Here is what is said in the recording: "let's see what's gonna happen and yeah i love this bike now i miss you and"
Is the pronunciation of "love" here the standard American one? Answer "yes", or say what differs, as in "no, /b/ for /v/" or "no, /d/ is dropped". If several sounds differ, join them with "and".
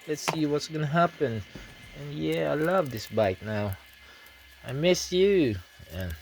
yes